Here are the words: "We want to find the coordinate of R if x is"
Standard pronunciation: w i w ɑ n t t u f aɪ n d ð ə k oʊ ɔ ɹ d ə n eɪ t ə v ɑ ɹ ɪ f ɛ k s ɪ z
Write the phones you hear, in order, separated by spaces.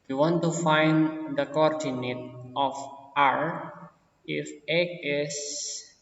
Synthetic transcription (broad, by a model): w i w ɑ n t t u f aɪ n d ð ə k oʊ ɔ ɹ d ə n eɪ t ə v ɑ ɹ ɪ f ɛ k ɪ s